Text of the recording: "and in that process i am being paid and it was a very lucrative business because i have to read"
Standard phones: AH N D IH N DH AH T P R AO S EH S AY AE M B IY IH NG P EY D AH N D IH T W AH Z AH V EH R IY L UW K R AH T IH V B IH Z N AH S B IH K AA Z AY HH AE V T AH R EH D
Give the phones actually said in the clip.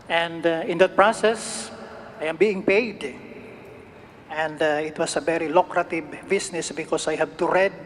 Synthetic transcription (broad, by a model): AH N D IH N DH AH T P R AO S EH S AY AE M B IY IH NG P EY D AH N D IH T W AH S AH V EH R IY L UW K R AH T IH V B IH S N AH S B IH K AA S AY HH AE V T AH R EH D